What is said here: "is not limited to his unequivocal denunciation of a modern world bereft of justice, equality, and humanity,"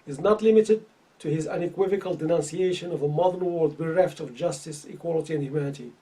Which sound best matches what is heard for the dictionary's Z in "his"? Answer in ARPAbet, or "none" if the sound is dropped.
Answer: Z